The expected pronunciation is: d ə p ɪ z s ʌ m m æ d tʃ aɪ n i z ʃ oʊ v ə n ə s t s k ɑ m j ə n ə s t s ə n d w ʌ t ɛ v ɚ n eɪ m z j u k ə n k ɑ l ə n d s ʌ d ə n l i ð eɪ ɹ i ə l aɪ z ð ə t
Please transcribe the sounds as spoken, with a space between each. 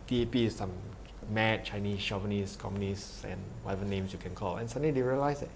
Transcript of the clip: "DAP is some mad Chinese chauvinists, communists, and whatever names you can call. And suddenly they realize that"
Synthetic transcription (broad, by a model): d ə p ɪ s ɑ m m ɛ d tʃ aɪ n i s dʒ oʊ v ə n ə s s k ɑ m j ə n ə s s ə n w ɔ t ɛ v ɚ n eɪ m s j u k ə n k ɑ l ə n s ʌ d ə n i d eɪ ɹ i ə l aɪ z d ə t